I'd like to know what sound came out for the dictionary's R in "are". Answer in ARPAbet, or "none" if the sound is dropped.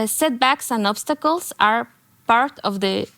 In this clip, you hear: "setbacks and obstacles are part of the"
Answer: R